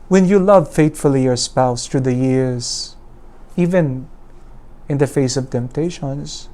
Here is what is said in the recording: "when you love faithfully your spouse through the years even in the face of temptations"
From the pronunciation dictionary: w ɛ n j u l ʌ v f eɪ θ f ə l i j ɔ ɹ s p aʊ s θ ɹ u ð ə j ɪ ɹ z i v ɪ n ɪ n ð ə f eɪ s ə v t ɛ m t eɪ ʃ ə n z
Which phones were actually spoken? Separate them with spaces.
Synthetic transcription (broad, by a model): w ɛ n j u l ʌ v f eɪ t f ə l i j ɔ ɹ s p aʊ s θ ɹ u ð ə j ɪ ɹ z i v ɪ n ɪ n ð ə f eɪ s ə v t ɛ m t eɪ ʃ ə n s